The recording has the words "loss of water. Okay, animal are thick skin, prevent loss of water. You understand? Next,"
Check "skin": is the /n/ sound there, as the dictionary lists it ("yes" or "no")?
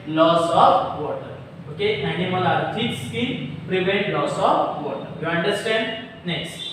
no